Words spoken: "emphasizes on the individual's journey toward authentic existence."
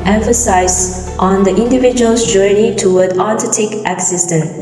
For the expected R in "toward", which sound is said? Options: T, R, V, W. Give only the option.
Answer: W